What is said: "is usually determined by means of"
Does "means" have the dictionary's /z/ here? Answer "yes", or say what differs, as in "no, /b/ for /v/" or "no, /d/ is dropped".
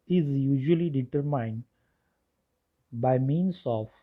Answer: no, /s/ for /z/